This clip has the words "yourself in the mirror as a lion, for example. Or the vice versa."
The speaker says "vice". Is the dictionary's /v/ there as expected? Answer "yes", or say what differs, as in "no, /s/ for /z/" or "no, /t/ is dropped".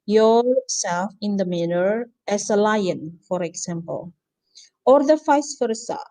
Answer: no, /f/ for /v/